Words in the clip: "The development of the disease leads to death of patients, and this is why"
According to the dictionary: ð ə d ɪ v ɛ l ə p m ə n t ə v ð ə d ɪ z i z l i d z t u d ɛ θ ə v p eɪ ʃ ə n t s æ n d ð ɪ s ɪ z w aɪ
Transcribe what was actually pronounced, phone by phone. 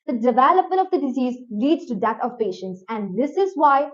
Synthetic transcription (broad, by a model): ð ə d ɪ v ɛ l ə p m ə n t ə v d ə d ɪ z i z l i d z t u d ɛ t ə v p eɪ ʃ ə n t s æ n d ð ɪ s ɪ z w aɪ